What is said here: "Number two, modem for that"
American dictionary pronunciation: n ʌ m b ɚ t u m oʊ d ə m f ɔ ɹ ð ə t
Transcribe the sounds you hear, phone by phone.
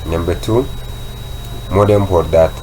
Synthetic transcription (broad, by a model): n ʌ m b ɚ t u m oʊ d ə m p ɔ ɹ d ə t